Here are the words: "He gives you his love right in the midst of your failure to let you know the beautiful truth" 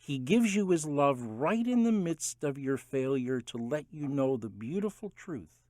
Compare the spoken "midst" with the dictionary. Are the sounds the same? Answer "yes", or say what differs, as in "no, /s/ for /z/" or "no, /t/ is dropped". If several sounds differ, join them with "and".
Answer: yes